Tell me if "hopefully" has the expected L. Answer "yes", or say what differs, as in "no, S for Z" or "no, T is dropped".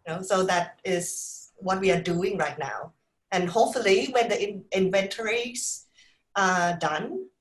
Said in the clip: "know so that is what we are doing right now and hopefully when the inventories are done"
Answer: yes